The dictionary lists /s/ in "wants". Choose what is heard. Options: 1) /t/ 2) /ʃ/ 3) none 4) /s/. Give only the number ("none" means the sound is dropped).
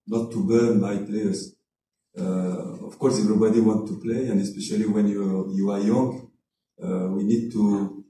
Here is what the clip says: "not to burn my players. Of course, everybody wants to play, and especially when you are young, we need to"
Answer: 3